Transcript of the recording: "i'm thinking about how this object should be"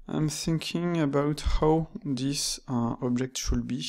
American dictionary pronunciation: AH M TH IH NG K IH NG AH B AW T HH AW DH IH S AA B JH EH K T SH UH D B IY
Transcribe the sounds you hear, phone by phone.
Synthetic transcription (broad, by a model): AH M TH IH NG K IH NG AH B AW T HH AW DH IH S AA B JH EH K T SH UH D B IY